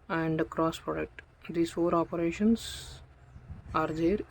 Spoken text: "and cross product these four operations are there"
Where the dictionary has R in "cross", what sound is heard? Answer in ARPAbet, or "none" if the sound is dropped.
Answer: R